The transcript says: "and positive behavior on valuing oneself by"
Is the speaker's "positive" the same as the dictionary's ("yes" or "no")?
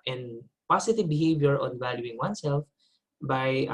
no